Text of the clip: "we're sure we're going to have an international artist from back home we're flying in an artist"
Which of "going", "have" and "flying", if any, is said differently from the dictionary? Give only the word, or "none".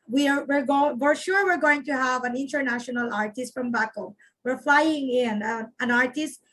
none